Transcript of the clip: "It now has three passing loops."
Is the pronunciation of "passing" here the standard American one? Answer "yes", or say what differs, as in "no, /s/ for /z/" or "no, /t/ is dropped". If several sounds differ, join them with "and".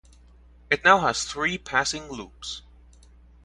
yes